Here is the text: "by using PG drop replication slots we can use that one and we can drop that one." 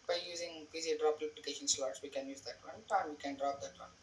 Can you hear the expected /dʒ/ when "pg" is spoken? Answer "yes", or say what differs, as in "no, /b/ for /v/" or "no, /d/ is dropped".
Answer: no, /z/ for /dʒ/